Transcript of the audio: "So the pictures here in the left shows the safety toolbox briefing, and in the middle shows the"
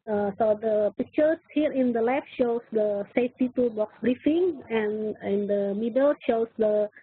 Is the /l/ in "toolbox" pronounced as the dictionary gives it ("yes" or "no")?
no